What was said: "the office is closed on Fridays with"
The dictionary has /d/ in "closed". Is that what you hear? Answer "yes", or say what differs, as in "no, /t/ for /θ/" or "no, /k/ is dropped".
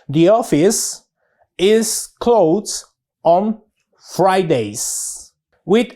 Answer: no, /d/ is dropped